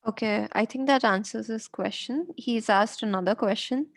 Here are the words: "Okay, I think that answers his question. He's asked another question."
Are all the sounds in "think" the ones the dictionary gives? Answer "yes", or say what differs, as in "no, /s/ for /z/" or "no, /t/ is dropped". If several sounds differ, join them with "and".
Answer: no, /t/ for /θ/